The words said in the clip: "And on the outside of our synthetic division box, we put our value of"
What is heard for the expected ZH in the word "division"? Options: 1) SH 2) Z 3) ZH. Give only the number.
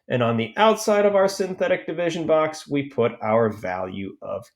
3